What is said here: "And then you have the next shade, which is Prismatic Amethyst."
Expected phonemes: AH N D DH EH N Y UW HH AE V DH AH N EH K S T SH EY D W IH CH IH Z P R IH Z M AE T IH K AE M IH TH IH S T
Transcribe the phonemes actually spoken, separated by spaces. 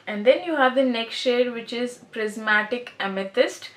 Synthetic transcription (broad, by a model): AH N D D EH N Y UW HH AE V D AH N EH K S T SH EY D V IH CH IH Z P R IH Z M AE T IH K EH M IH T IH S T